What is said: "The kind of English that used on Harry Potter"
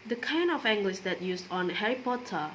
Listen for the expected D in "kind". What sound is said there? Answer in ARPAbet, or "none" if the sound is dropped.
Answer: none